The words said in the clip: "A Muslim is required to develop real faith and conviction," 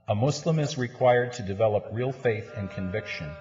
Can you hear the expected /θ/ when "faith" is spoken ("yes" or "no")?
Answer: yes